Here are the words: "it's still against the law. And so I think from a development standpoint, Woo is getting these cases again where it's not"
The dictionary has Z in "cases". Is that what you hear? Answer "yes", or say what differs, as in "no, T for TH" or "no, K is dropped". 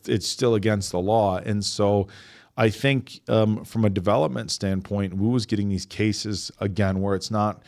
yes